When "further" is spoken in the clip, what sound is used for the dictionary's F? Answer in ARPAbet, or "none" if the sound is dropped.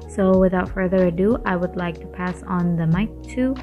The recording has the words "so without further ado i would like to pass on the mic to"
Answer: F